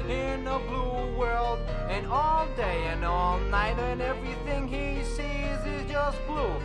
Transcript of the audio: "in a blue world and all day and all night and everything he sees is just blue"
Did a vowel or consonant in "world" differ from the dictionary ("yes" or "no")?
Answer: no